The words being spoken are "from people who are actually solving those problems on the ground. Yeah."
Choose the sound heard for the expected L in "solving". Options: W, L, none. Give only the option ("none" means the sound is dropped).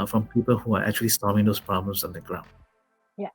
none